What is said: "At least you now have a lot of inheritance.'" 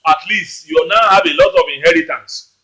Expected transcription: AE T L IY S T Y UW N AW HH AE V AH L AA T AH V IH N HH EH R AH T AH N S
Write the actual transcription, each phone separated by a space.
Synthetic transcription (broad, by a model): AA T L IY S T Y UW N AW HH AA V AH L AA T AH V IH N HH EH R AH T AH N S